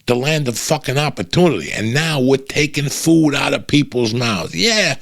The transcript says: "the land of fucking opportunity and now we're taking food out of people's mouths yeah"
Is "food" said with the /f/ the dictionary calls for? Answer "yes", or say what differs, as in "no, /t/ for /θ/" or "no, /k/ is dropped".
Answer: yes